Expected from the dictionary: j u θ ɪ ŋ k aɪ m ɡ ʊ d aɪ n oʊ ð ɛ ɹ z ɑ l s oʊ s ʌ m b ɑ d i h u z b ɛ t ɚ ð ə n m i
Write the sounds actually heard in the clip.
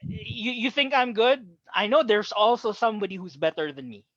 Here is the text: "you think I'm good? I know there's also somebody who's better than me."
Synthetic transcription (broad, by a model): j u θ ɪ ŋ k aɪ m ɡ ʊ d aɪ n oʊ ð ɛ ɹ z ɑ l s oʊ s ʌ m b ɑ d i h u z b ɛ t ɚ ð ə n m i